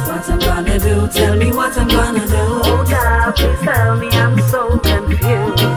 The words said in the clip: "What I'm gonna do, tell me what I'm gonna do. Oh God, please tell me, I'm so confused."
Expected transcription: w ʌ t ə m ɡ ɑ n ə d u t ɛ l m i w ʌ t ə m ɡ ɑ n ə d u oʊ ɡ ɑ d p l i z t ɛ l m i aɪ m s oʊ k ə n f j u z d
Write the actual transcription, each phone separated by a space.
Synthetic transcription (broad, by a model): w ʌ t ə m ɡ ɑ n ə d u t ɛ l m i w ʌ t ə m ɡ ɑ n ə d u oʊ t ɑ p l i t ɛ l m i aɪ m s oʊ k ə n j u